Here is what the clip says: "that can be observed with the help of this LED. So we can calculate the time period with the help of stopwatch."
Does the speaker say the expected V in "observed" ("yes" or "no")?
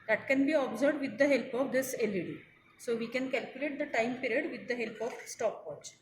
no